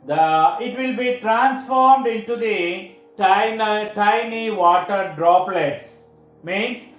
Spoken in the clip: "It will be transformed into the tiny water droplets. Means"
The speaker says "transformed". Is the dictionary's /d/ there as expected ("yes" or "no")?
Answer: yes